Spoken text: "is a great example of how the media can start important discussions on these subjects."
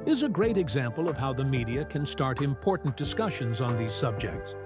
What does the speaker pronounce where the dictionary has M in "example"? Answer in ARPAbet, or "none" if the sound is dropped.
M